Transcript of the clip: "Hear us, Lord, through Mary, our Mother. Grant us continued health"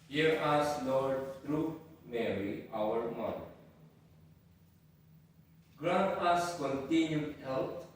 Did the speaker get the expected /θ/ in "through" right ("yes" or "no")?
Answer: no